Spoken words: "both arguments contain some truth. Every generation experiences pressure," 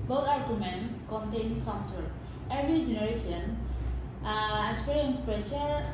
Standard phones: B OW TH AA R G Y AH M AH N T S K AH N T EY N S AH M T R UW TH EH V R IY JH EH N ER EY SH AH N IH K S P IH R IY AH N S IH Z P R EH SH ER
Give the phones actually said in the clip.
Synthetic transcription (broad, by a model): B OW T AA R G Y AH M AH N T S K AH N T EY N S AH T UW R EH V R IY JH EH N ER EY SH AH N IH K S P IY R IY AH N S P R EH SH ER